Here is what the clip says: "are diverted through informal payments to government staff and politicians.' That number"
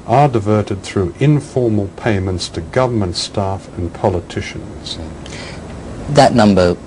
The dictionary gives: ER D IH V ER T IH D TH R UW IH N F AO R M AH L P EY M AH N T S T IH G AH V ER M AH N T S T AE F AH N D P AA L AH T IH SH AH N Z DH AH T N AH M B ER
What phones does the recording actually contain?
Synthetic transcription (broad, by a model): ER D IH V ER T IH D TH R UW IH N F AO R M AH L P EY M AH N T S T IH G AH V ER M AH N T S T AE F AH N P AA L AH T IH SH AH N Z DH AH T N AH M B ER